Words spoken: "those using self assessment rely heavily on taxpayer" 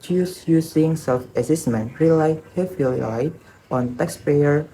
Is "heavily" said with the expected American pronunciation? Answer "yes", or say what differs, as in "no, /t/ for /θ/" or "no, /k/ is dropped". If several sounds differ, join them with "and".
no, /f/ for /v/